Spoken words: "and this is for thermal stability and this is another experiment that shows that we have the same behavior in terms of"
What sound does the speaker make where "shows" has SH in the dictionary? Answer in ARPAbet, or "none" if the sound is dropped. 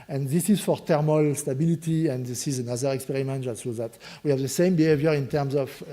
S